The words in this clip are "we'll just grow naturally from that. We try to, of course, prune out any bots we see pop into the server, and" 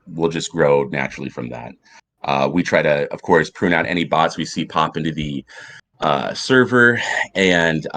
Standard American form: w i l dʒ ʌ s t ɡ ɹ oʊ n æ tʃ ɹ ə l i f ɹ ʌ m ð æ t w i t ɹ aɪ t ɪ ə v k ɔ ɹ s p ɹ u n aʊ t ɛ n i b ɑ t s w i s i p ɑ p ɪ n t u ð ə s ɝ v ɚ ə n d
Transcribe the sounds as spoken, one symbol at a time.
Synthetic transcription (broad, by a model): w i l dʒ ʌ s ɡ ɹ oʊ n æ tʃ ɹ l i f ɹ ʌ m ð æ t w i t ɹ aɪ t ɪ ə v k ɔ ɹ s p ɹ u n aʊ t ɛ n i b ɑ t s w i s i p ɑ p ɪ n t u ð ə s ɝ v ɚ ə n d